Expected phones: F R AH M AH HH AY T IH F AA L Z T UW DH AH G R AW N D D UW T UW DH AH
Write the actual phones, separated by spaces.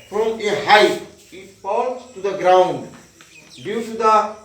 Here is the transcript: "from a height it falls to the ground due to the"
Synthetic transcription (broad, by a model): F R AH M AH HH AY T IH P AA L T T UW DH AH G R AW N D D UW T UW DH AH